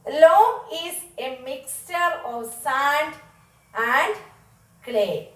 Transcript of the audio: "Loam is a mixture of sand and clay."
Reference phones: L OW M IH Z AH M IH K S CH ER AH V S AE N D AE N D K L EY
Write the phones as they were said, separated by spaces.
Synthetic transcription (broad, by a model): L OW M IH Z AH M IH K S CH ER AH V S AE N D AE N D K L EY